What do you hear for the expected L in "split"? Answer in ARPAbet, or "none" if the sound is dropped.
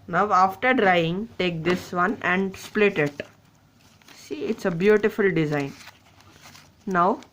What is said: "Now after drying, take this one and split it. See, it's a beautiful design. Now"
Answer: L